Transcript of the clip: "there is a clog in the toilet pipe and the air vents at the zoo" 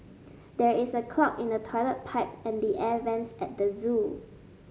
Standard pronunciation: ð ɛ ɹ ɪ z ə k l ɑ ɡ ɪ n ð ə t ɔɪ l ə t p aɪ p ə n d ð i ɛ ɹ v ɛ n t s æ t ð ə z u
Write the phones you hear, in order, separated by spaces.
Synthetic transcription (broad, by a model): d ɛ ɹ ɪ s ə k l ɑ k ɪ n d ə t ɔɪ l ə t p aɪ p ə n d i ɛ v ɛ n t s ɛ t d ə z u